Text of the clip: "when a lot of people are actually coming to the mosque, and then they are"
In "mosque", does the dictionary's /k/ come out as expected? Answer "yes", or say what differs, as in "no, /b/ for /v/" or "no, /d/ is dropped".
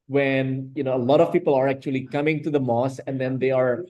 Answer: no, /k/ is dropped